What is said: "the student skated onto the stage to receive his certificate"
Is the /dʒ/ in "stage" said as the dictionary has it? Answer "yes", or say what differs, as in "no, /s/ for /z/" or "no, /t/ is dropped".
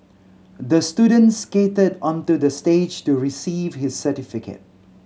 yes